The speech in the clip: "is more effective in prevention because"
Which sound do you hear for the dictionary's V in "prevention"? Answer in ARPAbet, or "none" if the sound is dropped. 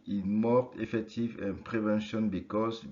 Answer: V